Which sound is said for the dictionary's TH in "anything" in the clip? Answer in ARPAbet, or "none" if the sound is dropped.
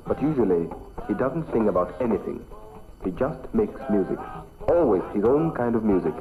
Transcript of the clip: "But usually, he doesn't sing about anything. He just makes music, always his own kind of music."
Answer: TH